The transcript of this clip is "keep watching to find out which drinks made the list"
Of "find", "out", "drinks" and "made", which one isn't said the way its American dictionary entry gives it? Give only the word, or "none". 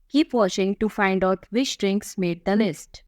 none